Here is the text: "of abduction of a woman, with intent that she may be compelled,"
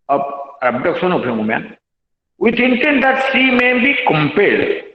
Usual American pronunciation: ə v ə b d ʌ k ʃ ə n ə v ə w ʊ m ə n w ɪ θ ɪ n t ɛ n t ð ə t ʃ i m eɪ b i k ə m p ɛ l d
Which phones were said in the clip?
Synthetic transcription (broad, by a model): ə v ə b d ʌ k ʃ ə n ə p ə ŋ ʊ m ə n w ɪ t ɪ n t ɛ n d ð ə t s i m eɪ b i k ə m p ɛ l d